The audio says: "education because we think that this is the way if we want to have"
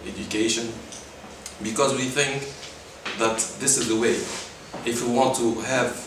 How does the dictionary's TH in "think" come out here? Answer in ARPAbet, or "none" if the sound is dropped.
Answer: TH